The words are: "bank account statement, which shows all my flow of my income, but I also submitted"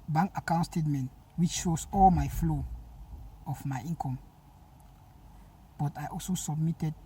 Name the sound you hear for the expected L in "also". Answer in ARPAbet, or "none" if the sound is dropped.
L